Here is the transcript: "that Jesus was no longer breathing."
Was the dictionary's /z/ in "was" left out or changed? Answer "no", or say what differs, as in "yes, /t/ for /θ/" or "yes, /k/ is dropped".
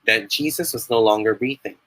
no